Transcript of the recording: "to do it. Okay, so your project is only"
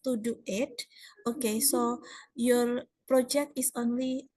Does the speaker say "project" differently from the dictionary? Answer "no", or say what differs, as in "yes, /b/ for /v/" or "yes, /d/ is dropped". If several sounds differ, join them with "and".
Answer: no